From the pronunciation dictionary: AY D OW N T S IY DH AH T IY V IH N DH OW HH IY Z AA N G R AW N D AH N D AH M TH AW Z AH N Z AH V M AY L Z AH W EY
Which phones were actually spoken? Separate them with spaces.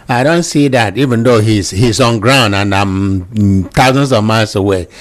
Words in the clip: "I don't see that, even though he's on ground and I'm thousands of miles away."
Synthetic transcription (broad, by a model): AY D OW N T S IY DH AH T IY V IH N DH OW HH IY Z AA N G R AW N D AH N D AH M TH AW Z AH N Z AH V M AY L S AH W EY